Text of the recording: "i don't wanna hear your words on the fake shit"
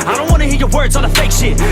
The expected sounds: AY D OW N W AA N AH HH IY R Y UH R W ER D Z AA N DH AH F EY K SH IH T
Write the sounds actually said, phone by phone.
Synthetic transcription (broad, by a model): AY D OW N W AA N AH HH IY R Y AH R W ER D Z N DH AH F EY K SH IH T